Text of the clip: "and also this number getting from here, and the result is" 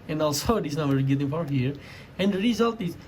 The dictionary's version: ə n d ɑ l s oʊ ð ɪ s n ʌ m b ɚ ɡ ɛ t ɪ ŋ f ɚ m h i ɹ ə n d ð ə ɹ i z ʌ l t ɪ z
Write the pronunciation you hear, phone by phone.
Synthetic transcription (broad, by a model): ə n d ɑ l s oʊ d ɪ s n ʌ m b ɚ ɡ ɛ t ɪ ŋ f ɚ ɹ h i ɹ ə n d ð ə ɹ i z ʌ l t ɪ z